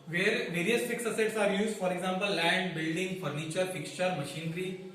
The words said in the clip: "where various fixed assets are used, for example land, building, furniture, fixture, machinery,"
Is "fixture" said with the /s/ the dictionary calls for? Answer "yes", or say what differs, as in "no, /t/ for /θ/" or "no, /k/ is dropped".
yes